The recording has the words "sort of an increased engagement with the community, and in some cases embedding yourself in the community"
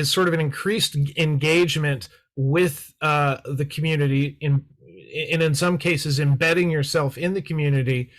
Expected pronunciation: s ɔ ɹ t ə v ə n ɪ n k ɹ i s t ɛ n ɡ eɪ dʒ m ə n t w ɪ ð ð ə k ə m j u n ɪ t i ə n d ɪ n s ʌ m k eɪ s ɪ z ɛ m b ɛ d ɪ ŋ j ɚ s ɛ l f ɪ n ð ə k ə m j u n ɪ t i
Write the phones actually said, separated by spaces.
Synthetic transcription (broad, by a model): s ɔ ɹ t ə v ə n ɪ n k ɹ i s t ɛ n ɡ eɪ dʒ m ə n t w ɪ ð ð ə k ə m j u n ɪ t i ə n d ɪ n s ʌ m k eɪ s ɪ z ɛ m b ɛ d ɪ ŋ j ɚ s ɛ l f ɪ n ð ə k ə m j u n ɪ t i